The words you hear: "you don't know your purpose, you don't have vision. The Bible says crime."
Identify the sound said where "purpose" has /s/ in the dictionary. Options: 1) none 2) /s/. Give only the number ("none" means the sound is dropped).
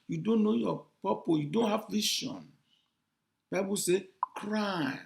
1